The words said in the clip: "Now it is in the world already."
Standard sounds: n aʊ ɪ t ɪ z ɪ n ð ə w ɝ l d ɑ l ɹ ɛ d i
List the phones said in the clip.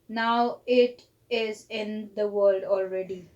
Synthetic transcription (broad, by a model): n aʊ ɪ t ɪ z ɪ n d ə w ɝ l d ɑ l ɹ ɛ d i